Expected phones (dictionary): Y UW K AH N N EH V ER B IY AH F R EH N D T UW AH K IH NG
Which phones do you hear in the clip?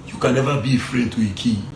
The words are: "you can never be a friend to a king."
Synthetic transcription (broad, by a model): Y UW K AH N N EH V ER B IY AH F R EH D T UW AH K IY